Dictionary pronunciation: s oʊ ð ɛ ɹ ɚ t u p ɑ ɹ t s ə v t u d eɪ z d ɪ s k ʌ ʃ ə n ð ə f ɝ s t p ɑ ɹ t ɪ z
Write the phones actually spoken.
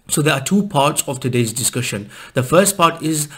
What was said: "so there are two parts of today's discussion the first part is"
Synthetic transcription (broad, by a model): s oʊ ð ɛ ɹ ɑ t u p ɑ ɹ t s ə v t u d eɪ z d ɪ s k ʌ ʃ ə n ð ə f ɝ s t p ɑ t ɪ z